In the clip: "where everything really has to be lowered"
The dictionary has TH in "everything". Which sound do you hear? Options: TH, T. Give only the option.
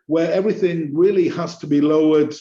TH